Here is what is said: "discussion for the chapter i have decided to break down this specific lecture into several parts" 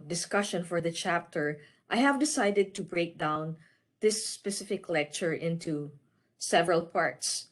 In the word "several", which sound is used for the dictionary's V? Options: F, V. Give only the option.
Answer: V